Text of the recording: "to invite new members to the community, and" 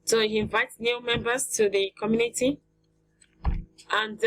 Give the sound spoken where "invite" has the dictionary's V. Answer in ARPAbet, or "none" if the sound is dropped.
V